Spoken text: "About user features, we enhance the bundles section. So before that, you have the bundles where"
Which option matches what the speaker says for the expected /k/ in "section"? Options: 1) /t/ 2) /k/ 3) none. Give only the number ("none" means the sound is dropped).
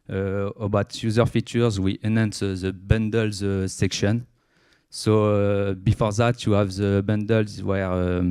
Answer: 2